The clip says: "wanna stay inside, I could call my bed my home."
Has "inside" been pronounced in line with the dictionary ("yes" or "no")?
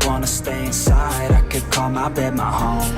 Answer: yes